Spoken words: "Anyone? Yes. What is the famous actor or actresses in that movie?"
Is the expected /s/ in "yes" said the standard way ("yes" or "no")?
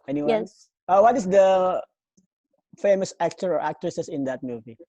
no